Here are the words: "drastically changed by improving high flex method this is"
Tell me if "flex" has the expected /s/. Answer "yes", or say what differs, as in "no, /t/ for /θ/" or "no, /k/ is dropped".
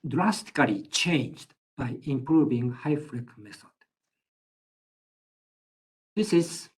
no, /s/ is dropped